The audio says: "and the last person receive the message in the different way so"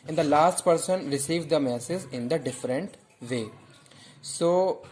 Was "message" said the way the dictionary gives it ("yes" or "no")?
no